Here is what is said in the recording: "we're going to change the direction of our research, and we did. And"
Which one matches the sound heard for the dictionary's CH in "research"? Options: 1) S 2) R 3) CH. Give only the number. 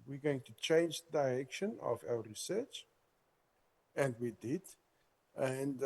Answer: 3